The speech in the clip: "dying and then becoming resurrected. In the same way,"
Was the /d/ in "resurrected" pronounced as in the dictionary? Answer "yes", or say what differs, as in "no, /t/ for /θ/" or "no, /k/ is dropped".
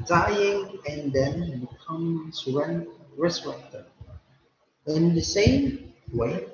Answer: no, /d/ is dropped